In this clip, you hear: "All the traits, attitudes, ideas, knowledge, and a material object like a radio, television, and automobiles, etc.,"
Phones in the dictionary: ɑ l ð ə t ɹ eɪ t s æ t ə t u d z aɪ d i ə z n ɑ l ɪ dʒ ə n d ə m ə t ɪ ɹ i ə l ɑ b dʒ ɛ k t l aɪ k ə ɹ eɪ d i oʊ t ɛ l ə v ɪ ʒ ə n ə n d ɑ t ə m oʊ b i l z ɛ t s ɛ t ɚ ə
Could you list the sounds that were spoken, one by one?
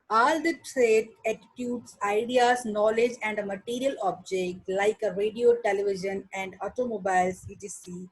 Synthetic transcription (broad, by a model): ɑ l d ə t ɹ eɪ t æ t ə t u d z aɪ d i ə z n ɑ l ɪ dʒ ə n d ə m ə t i ɹ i ə l ɑ b dʒ ɛ k t l aɪ k ə ɹ eɪ d i oʊ t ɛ l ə v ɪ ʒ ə n ə n d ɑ t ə m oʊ b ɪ l s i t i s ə